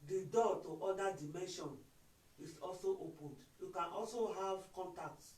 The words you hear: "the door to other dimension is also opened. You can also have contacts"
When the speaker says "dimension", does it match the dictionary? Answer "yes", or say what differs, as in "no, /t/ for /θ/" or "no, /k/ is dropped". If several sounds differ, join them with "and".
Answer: yes